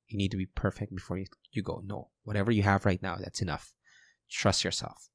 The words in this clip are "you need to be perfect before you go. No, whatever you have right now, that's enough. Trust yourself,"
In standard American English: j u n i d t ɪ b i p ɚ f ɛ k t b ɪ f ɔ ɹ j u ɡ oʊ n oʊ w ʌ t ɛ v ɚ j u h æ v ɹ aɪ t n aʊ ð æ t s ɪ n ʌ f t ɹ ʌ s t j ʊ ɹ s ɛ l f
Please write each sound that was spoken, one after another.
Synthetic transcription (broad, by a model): j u n i d t ɪ b i p ɚ f ɛ k t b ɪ f ɔ ɹ j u ɡ oʊ n oʊ w ʌ t ɛ v ɚ j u h æ v ɹ aɪ t n aʊ ð æ t s ɪ n ʌ f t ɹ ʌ s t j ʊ ɹ s ɛ l f